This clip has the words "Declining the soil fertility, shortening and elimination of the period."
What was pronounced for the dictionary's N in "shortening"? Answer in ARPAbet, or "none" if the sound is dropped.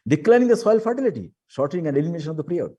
none